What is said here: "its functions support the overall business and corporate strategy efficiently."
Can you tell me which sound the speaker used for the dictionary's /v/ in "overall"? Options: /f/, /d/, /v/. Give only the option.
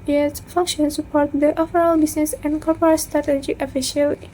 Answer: /f/